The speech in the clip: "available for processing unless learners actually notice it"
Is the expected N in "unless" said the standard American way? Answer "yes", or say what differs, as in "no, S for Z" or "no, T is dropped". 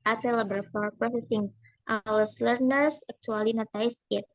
no, N is dropped